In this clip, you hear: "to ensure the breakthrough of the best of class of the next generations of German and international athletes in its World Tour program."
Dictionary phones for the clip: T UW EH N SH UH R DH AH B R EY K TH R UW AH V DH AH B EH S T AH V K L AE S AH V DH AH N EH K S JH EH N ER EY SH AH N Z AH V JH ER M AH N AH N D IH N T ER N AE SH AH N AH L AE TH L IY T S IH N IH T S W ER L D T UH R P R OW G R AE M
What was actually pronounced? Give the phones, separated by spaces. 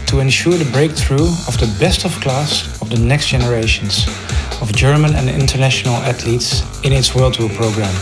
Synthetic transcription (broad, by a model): T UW EH N SH UH R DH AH B R EY K TH R UW AH V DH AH B EH S T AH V K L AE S AH V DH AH N EH K S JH EH N ER EY SH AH N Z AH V JH ER M AH N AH N IH N T ER N AE SH AH N AH L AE T L IY T S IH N IH T S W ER L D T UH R P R OW G R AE M